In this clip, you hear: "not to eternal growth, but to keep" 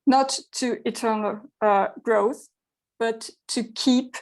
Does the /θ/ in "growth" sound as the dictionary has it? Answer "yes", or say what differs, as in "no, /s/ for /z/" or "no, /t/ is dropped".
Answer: yes